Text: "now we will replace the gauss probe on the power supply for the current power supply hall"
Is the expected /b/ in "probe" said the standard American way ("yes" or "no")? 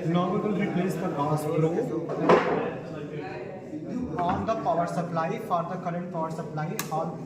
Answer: no